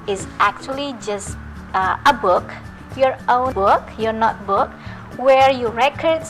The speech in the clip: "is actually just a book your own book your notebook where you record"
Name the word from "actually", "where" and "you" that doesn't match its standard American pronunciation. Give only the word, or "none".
none